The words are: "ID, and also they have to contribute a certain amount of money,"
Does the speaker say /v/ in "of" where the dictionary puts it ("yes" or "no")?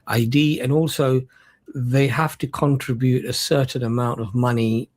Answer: yes